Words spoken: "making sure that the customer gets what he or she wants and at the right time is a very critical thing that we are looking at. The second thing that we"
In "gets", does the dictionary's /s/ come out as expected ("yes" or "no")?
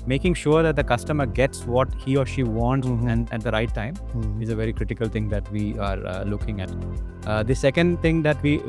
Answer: yes